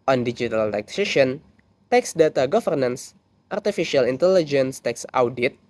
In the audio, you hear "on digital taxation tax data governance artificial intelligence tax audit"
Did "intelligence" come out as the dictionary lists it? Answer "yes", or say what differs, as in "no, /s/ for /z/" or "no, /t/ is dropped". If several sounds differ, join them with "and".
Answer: yes